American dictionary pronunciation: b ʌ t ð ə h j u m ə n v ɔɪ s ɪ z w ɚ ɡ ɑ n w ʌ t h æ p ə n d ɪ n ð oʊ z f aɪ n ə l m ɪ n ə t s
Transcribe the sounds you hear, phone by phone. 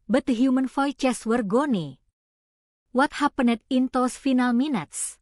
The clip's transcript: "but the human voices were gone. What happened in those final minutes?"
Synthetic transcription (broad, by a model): b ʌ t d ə h j u m ə n f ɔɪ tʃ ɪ s w ɚ ɡ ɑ n w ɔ t h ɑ p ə n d ɪ n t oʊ s f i n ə l m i n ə t s